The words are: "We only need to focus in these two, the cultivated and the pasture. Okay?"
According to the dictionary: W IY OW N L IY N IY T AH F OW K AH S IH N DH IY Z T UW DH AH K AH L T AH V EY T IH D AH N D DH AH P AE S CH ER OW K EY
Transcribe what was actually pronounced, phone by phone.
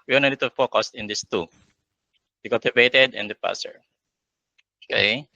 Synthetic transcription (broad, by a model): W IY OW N IY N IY T AH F OW K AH S IH N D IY S T UW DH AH K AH L T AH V EY T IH D AH N D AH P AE S ER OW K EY